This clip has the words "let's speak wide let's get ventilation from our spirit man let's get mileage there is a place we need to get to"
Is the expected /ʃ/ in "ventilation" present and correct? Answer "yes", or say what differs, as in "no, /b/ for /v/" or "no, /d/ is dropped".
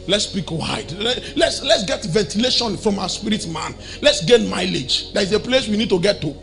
yes